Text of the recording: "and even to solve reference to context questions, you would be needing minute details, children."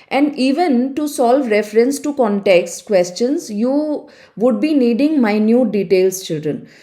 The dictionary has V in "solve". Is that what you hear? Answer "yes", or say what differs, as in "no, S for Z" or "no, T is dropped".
yes